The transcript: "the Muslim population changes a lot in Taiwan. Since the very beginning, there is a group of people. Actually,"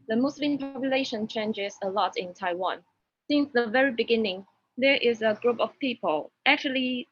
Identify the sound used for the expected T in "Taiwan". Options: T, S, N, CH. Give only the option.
T